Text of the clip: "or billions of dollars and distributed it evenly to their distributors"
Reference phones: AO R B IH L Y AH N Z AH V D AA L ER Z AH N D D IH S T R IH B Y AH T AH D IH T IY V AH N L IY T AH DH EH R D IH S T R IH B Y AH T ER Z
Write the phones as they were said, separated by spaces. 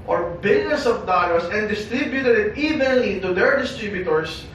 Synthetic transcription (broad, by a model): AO R B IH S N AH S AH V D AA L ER S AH N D D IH S T R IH B Y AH T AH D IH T IY V AH N L IY T AH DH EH R D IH S T R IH B Y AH T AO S